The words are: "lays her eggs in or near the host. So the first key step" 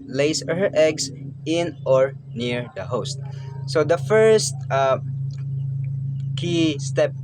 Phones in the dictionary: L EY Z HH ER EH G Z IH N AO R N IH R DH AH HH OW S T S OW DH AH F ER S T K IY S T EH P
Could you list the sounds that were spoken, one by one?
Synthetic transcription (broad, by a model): L EY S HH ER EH G S IH N AO R N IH R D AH HH OW S T S OW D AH F ER S T K IY S T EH P